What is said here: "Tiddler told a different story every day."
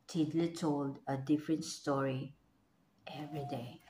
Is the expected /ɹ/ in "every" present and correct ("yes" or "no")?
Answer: yes